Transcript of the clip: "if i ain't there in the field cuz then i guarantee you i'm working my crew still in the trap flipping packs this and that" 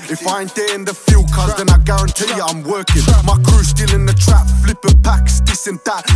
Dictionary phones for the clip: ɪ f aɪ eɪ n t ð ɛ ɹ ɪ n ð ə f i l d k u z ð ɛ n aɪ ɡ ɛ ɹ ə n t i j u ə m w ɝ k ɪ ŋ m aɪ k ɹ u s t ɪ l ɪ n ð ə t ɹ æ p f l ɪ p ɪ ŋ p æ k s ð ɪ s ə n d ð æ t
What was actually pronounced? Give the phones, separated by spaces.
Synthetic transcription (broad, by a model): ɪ f aɪ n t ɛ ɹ ɪ n ð ə f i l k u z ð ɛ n aɪ ɡ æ ɹ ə n t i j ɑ ə m w ɝ k ɪ ŋ m aɪ k ɹ u s t ɪ l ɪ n ð ə t ɹ æ p f l ɪ p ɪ p æ k s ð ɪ s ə n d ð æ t